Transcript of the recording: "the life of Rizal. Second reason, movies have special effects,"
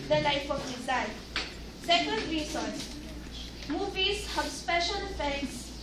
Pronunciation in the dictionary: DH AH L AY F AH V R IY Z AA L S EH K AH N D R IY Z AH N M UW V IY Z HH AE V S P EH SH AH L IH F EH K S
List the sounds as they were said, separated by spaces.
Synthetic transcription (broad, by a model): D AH L AY F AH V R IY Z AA N S EH K AH N D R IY S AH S M UW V IY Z HH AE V S P EH SH AH L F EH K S